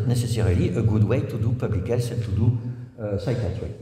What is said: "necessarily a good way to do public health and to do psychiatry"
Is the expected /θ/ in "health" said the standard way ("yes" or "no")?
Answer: no